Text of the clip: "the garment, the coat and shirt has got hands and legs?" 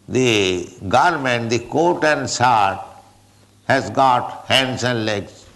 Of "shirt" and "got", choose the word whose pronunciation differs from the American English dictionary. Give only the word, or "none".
shirt